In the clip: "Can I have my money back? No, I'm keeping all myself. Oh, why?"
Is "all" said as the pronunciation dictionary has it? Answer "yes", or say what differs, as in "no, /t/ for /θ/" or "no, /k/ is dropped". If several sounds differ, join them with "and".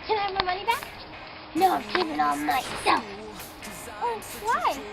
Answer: no, /n/ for /l/